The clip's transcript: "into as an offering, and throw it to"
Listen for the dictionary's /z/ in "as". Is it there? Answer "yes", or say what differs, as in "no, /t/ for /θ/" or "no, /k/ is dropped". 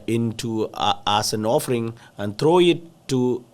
no, /s/ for /z/